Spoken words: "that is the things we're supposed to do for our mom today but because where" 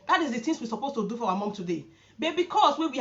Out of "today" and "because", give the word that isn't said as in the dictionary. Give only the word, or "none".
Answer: because